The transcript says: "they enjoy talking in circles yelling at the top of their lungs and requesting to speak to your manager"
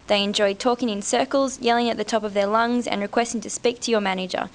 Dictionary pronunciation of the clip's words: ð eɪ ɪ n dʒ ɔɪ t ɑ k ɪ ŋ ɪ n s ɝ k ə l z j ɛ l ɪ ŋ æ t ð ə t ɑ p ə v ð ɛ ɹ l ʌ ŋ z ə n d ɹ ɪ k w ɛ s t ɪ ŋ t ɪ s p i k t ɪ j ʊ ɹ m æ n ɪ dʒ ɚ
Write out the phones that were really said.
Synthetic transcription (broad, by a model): ð eɪ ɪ n dʒ ɔɪ t ɑ k ɪ ŋ ɪ n s ɝ k ə l z j ɛ l ɪ ŋ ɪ t ð ə t ɑ p ə v ð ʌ ɹ l ʌ ŋ z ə n ɹ ɪ k w ɛ s t ɪ ŋ t ɪ s p i k t ɪ j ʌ ɹ m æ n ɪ dʒ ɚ